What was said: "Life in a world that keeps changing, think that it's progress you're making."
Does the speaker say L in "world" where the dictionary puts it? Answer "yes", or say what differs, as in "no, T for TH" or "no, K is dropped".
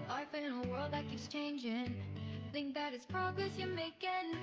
yes